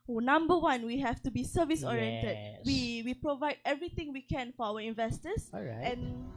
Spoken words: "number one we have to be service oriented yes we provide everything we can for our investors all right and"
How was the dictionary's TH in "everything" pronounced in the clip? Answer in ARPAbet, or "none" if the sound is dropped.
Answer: T